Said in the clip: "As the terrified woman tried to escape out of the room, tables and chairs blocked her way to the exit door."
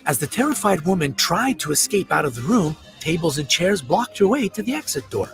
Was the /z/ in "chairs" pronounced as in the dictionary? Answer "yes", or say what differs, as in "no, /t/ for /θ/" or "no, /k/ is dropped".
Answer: yes